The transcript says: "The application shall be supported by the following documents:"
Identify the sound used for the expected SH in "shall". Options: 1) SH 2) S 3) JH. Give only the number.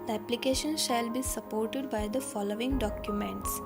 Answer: 1